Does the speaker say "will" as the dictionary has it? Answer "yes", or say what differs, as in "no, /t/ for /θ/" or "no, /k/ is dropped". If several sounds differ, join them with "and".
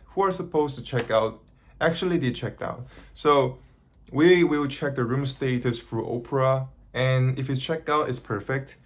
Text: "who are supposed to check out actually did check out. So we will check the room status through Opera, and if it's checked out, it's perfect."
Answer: no, /w/ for /l/